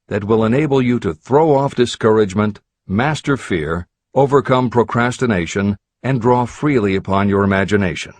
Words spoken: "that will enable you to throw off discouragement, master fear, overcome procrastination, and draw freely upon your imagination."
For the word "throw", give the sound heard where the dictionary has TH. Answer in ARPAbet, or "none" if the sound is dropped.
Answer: TH